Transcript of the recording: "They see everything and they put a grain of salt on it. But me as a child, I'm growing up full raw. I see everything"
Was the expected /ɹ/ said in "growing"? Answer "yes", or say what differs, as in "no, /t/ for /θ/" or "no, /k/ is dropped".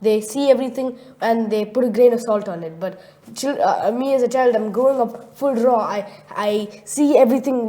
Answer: no, /ɹ/ is dropped